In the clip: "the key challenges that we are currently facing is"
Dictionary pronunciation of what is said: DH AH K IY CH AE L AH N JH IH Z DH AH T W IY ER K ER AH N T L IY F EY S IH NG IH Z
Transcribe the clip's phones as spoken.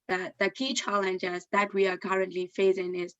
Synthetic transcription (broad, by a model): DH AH K IY CH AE L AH N JH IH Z DH AH T W IY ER K ER AH N T L IY F EY S IH NG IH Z